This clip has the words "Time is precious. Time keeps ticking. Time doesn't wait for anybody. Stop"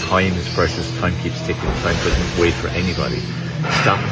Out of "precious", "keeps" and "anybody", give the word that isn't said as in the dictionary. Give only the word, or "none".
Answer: precious